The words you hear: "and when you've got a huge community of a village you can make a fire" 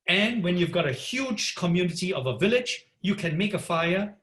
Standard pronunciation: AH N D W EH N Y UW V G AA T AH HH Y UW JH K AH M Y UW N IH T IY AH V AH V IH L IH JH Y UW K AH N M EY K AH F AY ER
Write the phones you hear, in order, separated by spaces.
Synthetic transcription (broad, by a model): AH N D W EH N Y UW V G AA T AH HH Y UW JH K AH M Y UW N IH T IY AH V AH V IH L IH JH Y UW K AH N M EY K AH F AY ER